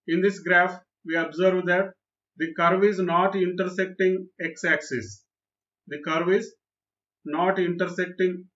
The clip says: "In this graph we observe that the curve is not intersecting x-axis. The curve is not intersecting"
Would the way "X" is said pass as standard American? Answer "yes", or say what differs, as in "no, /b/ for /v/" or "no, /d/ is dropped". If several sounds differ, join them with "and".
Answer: yes